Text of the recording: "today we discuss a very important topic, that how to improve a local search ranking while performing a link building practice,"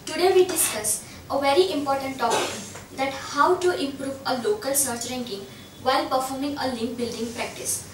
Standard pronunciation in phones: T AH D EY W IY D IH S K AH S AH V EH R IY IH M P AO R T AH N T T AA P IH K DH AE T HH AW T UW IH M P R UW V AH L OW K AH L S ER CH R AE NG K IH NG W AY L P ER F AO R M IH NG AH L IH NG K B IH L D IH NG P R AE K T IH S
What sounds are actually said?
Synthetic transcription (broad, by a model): T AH D EY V IY D IH S K AH S AH V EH R IY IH M P AO R T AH N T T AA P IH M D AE T HH AW T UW IH M P R UW V AH L OW K AH L S ER CH R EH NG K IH NG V AY L P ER F AO R M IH NG AH L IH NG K B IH L D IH NG P R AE K T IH S